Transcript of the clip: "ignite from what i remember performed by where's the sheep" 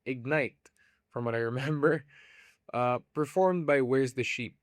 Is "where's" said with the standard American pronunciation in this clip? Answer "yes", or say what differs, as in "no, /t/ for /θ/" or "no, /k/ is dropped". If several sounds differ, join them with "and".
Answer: yes